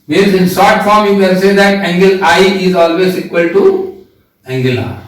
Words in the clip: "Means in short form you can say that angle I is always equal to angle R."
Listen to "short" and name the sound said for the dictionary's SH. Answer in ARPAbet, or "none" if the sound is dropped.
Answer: S